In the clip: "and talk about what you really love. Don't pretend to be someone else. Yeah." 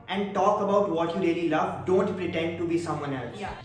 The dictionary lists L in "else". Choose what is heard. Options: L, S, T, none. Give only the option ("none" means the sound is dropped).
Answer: L